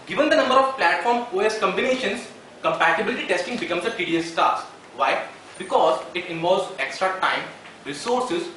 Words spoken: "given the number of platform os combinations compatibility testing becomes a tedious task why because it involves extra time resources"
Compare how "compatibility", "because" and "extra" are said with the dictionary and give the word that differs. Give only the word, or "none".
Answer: none